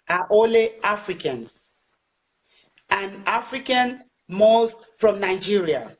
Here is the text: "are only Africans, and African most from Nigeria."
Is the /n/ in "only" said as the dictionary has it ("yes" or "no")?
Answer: no